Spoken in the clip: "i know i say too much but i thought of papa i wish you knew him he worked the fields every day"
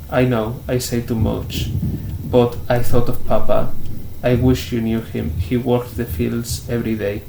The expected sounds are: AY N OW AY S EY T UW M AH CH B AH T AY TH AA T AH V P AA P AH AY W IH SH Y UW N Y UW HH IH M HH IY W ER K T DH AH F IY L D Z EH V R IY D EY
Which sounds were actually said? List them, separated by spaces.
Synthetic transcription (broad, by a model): AY N OW AY S EY T UW M AH CH B AH T AY TH AA T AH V P AA P AH AY W IH SH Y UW N Y UW HH IH M HH IY W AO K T DH AH F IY L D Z EH V R IY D EY